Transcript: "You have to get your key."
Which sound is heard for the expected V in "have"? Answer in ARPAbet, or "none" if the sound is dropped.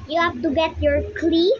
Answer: F